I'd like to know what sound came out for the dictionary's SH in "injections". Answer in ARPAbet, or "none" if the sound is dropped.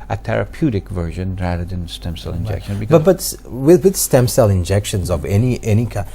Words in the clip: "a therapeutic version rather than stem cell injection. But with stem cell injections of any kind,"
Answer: SH